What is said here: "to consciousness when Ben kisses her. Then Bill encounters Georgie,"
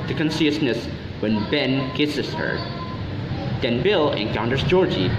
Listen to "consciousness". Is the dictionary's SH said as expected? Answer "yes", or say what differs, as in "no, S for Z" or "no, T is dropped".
no, S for SH